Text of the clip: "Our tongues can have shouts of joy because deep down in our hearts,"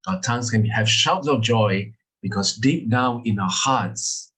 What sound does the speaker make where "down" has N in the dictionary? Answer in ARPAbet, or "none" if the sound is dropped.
none